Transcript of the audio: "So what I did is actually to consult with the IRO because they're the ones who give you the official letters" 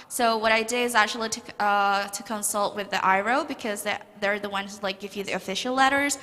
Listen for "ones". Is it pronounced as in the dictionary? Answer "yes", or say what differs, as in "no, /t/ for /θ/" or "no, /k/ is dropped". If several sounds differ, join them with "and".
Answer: no, /z/ is dropped